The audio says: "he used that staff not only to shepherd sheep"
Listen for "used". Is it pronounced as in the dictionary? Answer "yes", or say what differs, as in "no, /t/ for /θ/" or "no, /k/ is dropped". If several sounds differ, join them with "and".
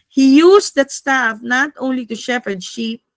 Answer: no, /s/ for /z/